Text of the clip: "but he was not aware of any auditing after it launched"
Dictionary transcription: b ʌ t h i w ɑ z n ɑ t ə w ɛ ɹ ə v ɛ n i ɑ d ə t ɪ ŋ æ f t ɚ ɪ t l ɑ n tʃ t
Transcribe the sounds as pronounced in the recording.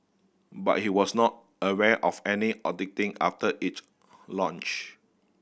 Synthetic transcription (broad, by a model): b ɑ t h i w ɑ s n ɑ t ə w ɛ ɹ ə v ɛ n i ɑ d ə t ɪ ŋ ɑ f t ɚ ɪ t l ɑ n tʃ